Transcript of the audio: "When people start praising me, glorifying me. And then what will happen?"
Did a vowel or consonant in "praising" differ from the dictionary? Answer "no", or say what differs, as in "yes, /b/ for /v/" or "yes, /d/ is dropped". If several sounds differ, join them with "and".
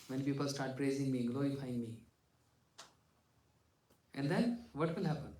no